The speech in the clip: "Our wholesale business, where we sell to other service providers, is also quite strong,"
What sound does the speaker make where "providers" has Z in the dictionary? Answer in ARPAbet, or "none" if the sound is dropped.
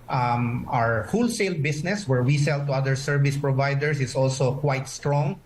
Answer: S